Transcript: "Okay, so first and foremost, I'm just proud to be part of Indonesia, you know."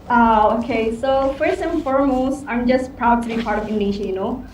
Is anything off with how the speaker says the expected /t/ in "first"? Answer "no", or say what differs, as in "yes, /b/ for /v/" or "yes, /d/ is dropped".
yes, /t/ is dropped